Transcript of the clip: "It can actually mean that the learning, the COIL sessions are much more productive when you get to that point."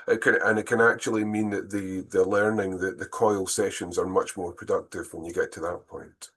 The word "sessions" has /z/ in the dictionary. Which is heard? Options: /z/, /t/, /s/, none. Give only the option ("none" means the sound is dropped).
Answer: /z/